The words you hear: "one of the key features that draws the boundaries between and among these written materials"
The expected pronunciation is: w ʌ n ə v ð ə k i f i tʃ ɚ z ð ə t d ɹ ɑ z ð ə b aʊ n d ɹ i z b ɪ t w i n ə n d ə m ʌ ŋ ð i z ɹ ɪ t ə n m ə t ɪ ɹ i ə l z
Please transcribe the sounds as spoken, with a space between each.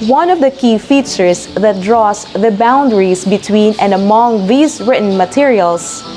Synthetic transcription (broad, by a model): w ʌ n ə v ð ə k i f i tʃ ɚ s ð ə t d ɹ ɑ s ð ə b aʊ n d ɹ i s b ɪ t w i n ə n d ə m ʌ ŋ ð i s ɹ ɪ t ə n m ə t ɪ ɹ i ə l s